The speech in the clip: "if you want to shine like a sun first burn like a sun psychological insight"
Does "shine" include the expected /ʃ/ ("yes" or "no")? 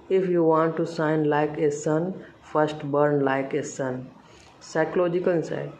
no